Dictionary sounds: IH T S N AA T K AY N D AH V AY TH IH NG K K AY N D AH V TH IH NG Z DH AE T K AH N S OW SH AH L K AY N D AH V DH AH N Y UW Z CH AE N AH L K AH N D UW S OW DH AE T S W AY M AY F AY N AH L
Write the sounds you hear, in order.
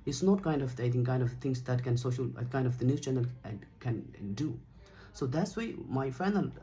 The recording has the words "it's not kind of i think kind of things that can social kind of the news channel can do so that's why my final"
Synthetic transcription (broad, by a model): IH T S N AA T K AY N D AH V AY T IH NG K K AY N D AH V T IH NG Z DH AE T K AH N S OW SH AH L K AY N D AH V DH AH N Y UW CH AE N AH L K AH N D UW S OW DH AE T S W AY M AY F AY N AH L